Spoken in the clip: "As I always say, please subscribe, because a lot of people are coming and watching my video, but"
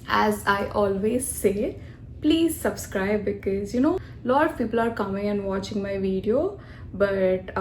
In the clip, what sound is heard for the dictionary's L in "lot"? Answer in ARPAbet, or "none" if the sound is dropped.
N